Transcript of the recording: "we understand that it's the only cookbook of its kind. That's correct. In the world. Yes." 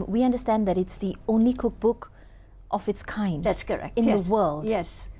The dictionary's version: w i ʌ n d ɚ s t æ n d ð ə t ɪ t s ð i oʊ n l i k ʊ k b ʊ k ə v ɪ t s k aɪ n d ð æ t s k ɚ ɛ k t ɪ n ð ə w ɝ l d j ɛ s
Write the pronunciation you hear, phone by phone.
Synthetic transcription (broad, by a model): w i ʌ n d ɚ s t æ n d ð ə t ɪ t s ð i oʊ n l i k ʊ k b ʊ k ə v ɪ t s k aɪ n d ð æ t s k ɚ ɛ k ɪ n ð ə w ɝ l d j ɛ s